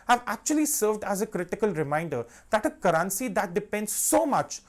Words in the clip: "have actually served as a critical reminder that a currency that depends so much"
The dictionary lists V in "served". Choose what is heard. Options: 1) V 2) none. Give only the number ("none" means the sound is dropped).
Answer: 1